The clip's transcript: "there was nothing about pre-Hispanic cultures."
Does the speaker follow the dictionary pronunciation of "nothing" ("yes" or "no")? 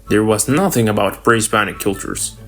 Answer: yes